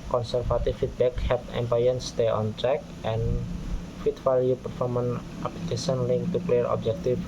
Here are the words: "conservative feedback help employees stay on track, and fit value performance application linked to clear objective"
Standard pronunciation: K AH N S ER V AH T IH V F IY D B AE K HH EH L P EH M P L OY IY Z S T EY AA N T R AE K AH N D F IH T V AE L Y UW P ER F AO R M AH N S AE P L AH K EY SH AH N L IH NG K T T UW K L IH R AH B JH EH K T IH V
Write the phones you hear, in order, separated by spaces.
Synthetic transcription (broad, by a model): K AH N S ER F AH T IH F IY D B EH K HH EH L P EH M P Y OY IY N S T EY AA N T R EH K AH N F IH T F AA L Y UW P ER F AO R M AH N AA P L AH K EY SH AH N L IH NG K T T UW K L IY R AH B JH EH K T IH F